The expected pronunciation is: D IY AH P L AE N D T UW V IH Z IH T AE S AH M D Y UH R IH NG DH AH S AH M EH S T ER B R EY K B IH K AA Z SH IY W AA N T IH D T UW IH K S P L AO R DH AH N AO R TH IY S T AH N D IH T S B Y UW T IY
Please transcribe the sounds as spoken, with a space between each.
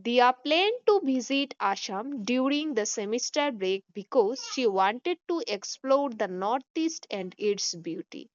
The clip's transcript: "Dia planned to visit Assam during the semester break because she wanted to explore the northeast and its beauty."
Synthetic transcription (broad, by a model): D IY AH P L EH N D T UW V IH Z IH T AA SH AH M D Y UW R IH NG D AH S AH M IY S T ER B R EY K B IH K AA Z SH IY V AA N T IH D T UW IH K S P L AO R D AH N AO R T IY S T AH N D IH T S B Y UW T IY